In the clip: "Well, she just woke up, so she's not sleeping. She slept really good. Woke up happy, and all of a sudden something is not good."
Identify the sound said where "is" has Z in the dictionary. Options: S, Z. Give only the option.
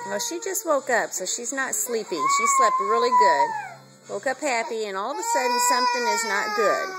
Z